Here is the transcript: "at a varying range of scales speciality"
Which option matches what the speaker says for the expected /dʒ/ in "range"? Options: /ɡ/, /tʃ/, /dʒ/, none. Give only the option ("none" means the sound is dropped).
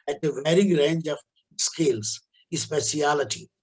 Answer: /dʒ/